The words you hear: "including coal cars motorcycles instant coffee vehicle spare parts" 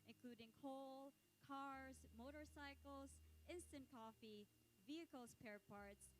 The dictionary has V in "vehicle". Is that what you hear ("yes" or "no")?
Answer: yes